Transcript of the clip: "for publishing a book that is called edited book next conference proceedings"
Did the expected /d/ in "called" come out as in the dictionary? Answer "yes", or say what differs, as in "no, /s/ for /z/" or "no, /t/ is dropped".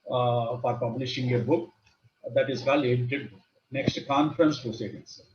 no, /d/ is dropped